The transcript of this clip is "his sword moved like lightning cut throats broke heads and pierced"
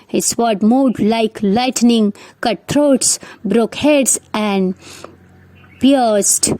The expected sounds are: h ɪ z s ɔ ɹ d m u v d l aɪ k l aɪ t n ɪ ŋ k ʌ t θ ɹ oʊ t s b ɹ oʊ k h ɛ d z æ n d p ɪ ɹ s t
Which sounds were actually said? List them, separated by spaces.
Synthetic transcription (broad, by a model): h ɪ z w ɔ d m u d l aɪ k l aɪ t n ɪ ŋ k ʌ t t ɹ oʊ t s b ɹ oʊ k h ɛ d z æ n d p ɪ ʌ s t